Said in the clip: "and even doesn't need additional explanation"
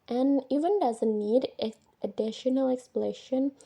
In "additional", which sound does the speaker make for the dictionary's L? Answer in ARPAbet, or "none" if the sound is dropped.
L